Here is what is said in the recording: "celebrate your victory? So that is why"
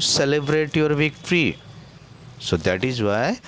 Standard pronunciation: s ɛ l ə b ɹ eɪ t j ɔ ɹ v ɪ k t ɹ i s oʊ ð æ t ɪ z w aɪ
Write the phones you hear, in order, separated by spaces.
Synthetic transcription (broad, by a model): s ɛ l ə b ɹ eɪ t j ɔ ɹ v ɪ k t ɹ i s oʊ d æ t ɪ z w aɪ